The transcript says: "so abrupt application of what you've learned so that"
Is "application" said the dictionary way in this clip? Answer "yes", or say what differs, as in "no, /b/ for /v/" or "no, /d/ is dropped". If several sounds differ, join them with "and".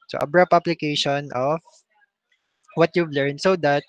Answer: no, /b/ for /p/